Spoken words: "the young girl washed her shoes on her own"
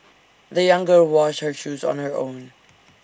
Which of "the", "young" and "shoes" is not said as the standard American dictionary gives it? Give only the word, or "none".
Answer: none